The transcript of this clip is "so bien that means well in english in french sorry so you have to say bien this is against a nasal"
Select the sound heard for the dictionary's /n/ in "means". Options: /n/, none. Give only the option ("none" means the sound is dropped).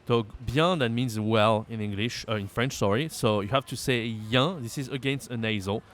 /n/